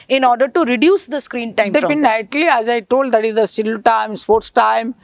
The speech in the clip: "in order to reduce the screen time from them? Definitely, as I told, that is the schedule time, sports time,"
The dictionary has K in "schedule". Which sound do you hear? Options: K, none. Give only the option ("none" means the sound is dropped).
none